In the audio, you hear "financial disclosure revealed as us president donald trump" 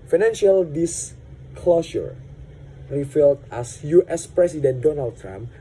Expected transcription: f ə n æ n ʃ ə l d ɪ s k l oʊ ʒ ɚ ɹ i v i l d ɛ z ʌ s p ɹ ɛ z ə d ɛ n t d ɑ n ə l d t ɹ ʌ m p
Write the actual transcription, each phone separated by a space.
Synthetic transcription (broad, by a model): f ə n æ n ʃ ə l d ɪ s k l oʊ ʃ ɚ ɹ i f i l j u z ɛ s p ɹ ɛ s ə d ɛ n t d ɑ n ə l d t ɹ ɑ m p